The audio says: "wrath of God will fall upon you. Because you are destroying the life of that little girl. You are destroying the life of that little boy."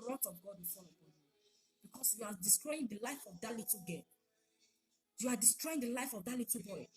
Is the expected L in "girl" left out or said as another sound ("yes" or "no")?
yes